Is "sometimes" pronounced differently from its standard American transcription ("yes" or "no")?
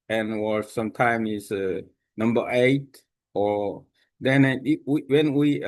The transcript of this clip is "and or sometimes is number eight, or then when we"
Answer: yes